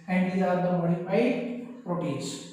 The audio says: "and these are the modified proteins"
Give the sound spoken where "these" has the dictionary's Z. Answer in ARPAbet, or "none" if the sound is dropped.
none